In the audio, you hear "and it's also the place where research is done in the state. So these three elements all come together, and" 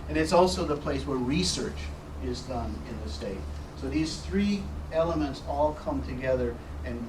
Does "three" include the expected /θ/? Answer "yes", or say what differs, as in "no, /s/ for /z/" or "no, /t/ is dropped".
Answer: yes